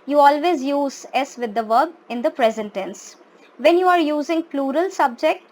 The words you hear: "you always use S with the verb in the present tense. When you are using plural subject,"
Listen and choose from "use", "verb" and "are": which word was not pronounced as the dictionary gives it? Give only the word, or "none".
none